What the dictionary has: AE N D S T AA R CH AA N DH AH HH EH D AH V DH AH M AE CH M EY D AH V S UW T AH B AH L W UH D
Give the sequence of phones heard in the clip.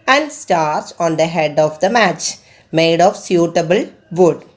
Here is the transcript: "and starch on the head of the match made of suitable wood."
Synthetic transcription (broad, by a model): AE N D S T AA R S AA N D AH HH EH D AH V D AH M AE CH M EY D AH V S UW T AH B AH L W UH D